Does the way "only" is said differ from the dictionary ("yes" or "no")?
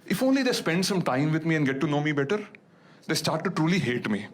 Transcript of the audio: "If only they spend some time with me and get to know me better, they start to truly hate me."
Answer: no